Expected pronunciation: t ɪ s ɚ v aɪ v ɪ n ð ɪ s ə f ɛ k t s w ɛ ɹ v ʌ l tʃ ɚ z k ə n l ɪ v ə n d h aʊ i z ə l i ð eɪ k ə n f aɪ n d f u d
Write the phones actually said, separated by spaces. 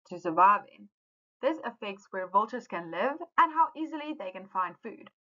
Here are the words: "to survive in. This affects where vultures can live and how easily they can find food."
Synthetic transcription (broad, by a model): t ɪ s ɚ v aɪ v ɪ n ð ɪ s ə f ɛ k t s w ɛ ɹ v ʌ l tʃ ɚ z k ə n l ɪ v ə n h aʊ i z ə l i ð eɪ k ə n f aɪ n d f u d